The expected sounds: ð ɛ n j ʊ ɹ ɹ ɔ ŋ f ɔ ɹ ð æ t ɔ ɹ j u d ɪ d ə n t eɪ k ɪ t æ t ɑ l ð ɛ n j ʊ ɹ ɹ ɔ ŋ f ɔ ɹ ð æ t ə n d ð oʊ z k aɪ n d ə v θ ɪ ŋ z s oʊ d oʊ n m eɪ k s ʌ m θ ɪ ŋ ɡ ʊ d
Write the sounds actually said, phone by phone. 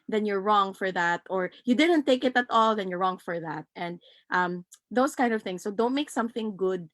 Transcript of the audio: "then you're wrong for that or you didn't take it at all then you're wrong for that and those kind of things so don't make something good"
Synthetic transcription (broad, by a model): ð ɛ n j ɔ ɹ ɹ ɔ ŋ f ɔ ɹ ð æ t ɔ ɹ j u d ɪ d ə n t eɪ k ɪ t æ t ɑ l ð ɛ n j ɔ ɹ ɹ ɔ ŋ f ɔ ɹ ð æ t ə n d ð oʊ s k aɪ n d ə v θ ɪ ŋ s oʊ d oʊ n m eɪ k s ʌ m θ ɪ ŋ ɡ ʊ d